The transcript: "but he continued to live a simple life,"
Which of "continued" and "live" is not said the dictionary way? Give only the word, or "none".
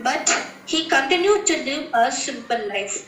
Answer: live